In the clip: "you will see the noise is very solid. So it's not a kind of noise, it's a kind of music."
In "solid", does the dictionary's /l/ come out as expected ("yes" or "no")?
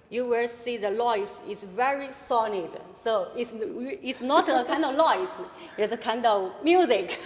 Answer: no